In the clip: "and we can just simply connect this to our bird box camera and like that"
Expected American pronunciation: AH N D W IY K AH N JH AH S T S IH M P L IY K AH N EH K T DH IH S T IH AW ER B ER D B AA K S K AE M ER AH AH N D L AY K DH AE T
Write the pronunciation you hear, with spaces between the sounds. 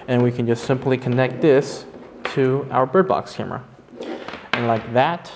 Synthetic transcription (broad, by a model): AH N W IY K AH N JH AH S T S IH M P L IY K AH N EH K T DH IH S T IH AW ER B ER D B AA K S K AE M ER AH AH N L AY K DH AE T